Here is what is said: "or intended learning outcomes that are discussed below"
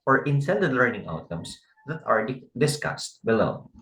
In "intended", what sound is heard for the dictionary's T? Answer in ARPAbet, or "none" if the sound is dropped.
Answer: S